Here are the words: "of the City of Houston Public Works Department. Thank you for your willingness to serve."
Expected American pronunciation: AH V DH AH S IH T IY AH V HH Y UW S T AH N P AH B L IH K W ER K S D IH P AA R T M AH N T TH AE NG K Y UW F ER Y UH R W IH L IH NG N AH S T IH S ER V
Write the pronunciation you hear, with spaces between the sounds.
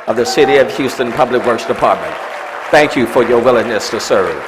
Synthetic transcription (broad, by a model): AH V DH AH S IH T IY AH V HH Y UW S T AH N P AH B L IH K W ER K S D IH P AA R T M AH N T TH AE NG K Y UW F ER Y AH R W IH L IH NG N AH S T IH S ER